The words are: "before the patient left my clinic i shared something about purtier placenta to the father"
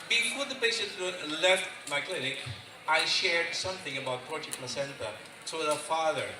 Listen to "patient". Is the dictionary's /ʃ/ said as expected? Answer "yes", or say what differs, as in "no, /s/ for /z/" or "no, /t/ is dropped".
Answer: no, /s/ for /ʃ/